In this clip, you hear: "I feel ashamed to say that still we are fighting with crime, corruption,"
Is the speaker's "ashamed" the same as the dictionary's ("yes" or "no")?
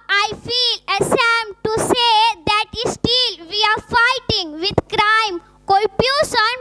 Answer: no